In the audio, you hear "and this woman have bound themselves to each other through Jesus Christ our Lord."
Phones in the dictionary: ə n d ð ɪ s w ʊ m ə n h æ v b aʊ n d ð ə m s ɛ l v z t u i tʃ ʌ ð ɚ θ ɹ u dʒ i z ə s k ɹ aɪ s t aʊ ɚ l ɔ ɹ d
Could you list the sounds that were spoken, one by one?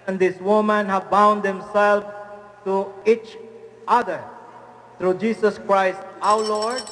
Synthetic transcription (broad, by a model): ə n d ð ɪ s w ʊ m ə n h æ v b aʊ n d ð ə m s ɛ l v t u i tʃ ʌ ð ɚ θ ɹ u dʒ i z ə s k ɹ aɪ s t aʊ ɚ l ɔ ɹ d